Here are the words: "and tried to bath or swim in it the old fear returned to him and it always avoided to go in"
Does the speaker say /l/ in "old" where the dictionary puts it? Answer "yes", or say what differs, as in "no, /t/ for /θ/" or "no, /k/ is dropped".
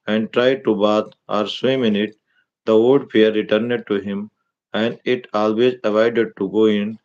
no, /l/ is dropped